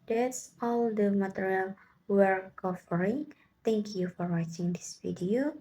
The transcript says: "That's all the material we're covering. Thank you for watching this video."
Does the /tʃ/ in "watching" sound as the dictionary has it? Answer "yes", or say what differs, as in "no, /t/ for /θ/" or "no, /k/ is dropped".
yes